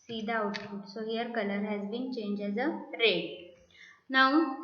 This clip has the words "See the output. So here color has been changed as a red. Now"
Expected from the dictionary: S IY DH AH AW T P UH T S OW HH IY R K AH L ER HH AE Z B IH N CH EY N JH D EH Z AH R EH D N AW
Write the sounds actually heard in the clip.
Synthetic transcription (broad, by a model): S IY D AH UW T F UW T S OW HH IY R K AH L ER HH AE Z B IH N CH EY N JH EH Z AH R EH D N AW